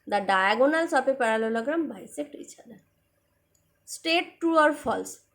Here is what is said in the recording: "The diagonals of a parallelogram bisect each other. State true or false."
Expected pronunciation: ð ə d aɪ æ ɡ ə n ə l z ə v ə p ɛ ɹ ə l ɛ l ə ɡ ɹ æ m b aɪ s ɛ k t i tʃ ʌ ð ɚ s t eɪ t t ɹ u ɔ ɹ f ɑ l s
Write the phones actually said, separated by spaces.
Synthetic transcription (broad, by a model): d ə d aɪ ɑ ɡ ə n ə l s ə p ə p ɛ ɹ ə l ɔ l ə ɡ ɹ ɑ m b aɪ s ɛ k t i tʃ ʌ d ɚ s t eɪ t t u ɔ ɹ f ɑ l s